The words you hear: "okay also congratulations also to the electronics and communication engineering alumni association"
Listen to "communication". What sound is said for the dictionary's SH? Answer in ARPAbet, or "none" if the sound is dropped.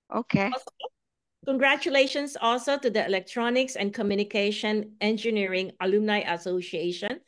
SH